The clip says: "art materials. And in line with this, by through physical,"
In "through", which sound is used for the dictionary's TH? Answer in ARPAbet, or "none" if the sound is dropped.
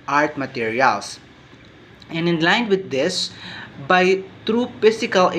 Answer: T